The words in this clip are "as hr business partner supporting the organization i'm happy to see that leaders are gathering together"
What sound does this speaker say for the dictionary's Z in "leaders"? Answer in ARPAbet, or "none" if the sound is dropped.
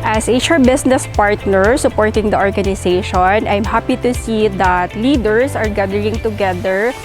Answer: S